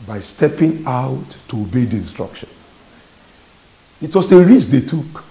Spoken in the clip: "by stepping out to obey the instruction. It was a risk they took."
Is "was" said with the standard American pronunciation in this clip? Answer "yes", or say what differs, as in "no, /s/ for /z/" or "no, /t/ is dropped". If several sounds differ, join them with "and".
no, /s/ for /z/